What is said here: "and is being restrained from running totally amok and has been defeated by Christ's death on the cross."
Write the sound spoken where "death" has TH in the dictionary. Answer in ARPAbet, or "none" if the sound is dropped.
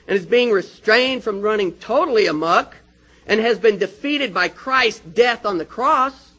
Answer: TH